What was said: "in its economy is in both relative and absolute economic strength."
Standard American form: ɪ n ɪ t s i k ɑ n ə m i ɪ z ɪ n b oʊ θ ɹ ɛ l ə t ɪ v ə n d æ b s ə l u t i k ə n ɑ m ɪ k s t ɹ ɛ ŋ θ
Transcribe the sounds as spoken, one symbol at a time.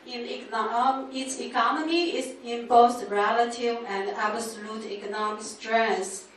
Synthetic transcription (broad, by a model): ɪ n ɪ t s i k ɑ n ə m i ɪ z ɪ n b oʊ s ɹ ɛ l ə t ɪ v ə n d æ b s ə l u t i k ə n ɑ m ɪ k s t ɹ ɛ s